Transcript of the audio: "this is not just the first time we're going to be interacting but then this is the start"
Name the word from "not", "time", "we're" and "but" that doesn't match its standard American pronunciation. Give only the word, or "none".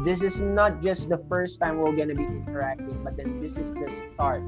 we're